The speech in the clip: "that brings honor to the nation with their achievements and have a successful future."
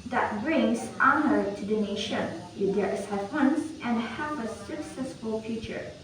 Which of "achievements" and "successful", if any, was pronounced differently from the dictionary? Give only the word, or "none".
achievements